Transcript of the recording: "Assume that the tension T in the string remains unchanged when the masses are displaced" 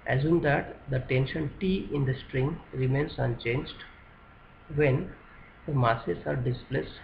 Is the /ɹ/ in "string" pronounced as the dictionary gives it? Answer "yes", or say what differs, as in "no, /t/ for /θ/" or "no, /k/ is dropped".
yes